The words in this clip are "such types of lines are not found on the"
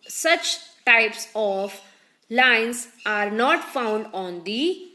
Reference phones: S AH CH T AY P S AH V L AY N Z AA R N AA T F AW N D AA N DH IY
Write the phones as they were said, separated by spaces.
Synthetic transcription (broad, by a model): S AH CH T AY P S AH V L AY N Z AA R N AA T F AW N D AA N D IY